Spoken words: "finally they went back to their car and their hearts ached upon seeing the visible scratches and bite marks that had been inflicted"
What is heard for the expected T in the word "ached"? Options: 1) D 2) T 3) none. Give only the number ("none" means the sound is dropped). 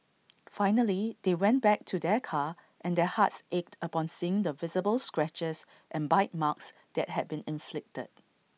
2